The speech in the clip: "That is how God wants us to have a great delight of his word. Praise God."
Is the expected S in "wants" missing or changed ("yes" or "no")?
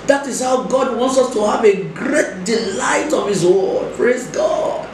no